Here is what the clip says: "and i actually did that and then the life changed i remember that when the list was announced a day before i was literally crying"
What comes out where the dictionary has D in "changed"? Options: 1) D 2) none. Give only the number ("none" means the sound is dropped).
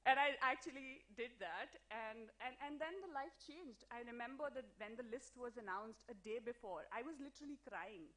1